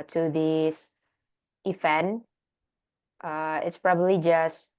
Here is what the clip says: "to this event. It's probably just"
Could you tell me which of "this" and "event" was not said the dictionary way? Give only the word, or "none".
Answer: event